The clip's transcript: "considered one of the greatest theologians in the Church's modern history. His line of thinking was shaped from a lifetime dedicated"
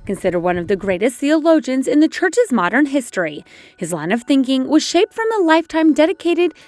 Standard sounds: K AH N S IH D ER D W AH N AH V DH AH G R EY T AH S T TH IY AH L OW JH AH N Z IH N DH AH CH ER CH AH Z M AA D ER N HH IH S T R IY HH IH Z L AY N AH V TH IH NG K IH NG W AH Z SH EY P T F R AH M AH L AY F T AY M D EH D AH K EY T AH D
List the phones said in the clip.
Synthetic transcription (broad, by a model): K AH N S IH D ER W AH N AH V DH AH G R EY T AH S T TH IY AH L OW JH AH N Z IH N DH AH CH ER CH AH Z M AA D ER N HH IH S T R IY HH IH Z L AY N AH V TH IH NG K IH NG W AH Z SH EY P T F R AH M AH L AY F T AY M D EH D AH K EY T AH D